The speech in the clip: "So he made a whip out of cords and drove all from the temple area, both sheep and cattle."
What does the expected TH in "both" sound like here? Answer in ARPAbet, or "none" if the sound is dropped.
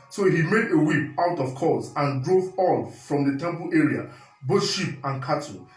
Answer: T